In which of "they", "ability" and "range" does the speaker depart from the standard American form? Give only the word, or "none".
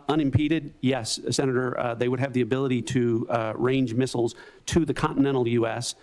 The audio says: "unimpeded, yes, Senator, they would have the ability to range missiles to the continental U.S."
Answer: none